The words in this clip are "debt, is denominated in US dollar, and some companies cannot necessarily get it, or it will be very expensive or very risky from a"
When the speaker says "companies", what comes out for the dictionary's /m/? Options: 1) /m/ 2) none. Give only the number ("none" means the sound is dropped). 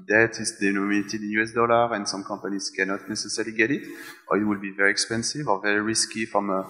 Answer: 2